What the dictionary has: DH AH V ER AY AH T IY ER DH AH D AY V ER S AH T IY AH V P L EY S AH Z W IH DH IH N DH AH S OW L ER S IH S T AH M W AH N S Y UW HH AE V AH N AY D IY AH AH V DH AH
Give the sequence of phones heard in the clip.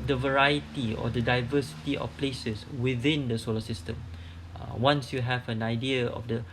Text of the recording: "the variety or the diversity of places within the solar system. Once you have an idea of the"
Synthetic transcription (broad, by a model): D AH V ER AY AH T IY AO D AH D AY V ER S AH T IY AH F P L EY S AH S W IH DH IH N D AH S OW L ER S IH S T AH M W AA N S Y UW HH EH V AH N AY D IY AH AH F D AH